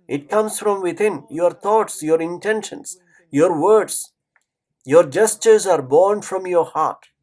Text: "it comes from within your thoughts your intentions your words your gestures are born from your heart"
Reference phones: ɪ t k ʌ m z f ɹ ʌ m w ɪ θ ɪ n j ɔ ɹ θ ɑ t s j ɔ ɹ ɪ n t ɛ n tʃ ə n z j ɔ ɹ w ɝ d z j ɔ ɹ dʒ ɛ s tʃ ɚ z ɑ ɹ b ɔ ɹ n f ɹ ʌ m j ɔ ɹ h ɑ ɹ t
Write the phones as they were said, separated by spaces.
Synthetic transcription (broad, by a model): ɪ t k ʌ m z f ɹ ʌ m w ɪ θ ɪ n j ɔ ɹ t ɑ t s j ɔ ɹ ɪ n t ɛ n ʃ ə n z j ɔ ɹ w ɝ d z j ɔ ɹ dʒ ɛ s tʃ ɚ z ɑ ɹ b ɔ ɹ n f ɹ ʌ m j ɔ ɹ h ɑ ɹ t